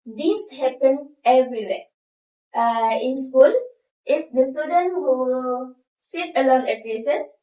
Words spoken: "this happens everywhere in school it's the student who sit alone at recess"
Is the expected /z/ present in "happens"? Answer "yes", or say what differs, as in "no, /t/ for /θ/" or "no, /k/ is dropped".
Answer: no, /z/ is dropped